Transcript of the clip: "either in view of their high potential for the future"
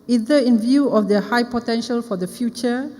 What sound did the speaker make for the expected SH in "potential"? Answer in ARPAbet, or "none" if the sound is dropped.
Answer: SH